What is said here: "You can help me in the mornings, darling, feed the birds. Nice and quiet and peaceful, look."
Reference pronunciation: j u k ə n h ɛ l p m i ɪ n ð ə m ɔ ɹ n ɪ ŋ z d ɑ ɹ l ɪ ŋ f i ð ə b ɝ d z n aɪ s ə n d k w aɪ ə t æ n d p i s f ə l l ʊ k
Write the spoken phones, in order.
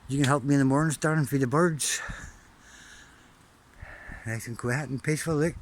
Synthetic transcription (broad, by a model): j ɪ k ə n h ɛ l p m i ɪ n ð ə m ɔ ɹ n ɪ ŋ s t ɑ ɹ ɪ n f i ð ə b ɝ d z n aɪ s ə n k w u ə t n p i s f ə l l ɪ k